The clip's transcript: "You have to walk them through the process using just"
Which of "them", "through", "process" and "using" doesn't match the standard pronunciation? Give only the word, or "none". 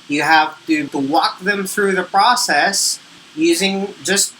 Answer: none